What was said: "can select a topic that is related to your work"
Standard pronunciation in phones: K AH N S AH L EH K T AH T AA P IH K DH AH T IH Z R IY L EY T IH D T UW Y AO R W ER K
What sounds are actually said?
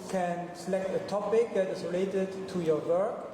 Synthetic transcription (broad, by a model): K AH N S AH L EH K T AH T AA P IH K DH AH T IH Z R IY L EY T IH D T UW Y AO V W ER K